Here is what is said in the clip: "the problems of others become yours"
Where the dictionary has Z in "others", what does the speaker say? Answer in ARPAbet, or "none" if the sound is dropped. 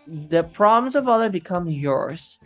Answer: none